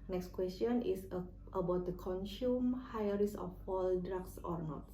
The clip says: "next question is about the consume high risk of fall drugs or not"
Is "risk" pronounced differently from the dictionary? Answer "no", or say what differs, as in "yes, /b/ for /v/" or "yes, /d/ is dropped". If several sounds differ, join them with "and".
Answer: yes, /k/ is dropped